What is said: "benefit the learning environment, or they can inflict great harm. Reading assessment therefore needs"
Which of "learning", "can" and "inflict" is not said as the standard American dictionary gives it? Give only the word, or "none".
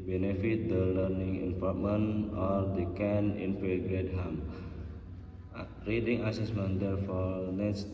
inflict